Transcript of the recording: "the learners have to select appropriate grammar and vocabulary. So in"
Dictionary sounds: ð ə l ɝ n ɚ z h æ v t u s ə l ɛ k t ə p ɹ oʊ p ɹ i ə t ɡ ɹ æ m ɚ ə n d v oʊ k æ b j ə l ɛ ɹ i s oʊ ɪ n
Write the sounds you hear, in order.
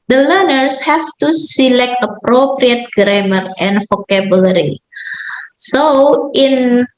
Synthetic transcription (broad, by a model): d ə l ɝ n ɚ s h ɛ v t u s ə l ɛ k t ə p ɹ oʊ p ɹ i ə t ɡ ɹ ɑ m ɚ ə n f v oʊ k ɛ b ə l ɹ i s oʊ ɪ n